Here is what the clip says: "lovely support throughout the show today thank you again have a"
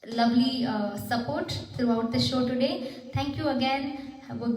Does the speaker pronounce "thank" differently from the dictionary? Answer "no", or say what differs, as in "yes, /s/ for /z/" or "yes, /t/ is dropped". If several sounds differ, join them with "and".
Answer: yes, /t/ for /θ/